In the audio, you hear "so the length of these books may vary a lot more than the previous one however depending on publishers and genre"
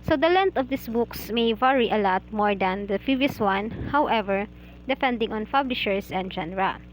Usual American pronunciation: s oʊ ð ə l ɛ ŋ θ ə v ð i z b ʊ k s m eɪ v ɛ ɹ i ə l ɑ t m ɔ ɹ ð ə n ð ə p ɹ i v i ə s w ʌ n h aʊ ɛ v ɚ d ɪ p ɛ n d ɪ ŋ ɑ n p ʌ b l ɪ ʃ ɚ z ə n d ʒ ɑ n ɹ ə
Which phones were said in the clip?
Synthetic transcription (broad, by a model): s oʊ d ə l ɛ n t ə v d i s b ʊ k s m eɪ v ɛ ɹ i ə l ɑ t m ɔ ɹ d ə n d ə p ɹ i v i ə s w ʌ n h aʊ ɛ v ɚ d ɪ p ɛ n d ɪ ŋ ɑ n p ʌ b l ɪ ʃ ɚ s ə n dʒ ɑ n ɹ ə